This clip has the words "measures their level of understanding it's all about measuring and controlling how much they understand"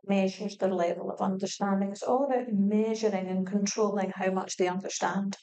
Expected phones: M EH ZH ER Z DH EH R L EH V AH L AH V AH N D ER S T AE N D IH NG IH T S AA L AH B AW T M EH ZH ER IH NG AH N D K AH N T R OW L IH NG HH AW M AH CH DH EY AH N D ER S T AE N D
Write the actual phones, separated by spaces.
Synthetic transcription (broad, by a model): M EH ZH ER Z DH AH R L EH V AH L AH V AH N D ER S T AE N D IH NG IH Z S AA L AH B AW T M EH ZH ER IH NG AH N K AH N T R OW L IH NG HH AW M AH CH DH EY AH N D ER S T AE N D